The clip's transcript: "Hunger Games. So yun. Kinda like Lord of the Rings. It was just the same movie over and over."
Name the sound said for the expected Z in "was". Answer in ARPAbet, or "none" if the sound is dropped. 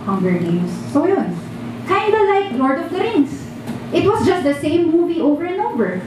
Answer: S